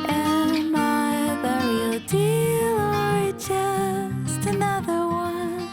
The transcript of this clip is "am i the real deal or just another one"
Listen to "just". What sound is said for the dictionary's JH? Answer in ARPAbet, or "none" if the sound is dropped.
CH